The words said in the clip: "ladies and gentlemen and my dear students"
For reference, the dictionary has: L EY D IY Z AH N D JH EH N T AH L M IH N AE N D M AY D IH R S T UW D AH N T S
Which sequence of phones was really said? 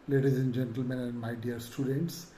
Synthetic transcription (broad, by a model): L EY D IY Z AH N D JH EH N T AH L M IH N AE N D M AY D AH R S T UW D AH N T S